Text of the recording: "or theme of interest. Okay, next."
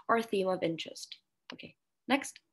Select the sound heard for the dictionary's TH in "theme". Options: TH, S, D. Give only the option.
TH